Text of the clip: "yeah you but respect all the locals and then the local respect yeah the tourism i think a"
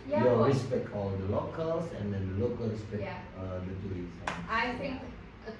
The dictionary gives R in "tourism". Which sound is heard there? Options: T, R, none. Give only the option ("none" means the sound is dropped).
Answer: none